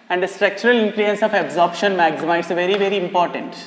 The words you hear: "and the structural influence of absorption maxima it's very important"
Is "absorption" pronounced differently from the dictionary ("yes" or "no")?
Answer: no